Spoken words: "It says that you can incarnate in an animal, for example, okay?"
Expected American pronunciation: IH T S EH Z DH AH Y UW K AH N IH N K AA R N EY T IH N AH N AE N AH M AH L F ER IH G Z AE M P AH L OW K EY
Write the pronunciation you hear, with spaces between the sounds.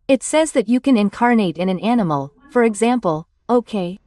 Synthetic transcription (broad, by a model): IH T S EH Z DH AH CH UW K AH N IH N K AA R N EY T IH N AH N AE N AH M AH L F ER IH G Z AE M P AH L OW K EY